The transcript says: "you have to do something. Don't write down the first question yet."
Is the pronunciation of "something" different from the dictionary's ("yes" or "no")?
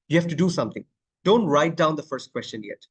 yes